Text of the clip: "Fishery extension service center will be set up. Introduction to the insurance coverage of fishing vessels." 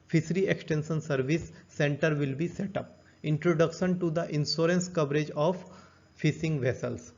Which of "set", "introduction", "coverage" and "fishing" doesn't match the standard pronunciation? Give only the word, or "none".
fishing